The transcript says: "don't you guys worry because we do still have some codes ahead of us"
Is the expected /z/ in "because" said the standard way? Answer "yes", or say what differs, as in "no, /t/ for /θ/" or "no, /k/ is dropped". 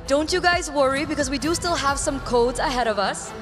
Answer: yes